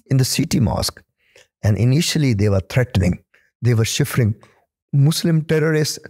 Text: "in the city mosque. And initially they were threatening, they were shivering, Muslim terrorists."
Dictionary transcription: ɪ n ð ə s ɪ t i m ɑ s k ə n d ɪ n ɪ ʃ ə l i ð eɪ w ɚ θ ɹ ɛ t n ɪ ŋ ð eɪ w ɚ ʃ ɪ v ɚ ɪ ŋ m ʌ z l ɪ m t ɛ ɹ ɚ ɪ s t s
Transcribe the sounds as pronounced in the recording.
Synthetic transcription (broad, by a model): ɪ n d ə s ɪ t i m ɑ s k ə n d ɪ n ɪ ʃ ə l i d eɪ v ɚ t ɹ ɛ t n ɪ ŋ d eɪ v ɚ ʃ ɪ f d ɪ ŋ m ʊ s l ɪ m t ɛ ɹ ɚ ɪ s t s